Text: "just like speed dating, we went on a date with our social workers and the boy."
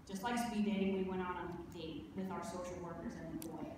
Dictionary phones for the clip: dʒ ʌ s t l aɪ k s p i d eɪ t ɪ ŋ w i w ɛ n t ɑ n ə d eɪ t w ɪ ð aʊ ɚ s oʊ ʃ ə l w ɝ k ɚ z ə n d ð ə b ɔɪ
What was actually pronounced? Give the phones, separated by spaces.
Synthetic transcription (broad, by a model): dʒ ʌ s t l aɪ k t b i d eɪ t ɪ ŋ w i w ɛ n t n ə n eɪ w ɪ ð aʊ ɚ s oʊ ʃ l w ɝ k ɚ z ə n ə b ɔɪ